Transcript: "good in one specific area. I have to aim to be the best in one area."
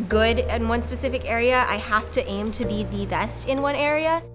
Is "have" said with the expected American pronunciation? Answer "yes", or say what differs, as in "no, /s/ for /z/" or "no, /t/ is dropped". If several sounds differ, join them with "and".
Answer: no, /f/ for /v/